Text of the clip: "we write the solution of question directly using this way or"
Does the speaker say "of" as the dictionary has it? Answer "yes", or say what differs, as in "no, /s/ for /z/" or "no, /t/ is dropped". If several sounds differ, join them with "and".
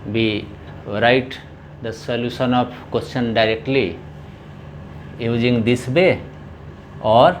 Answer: no, /p/ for /v/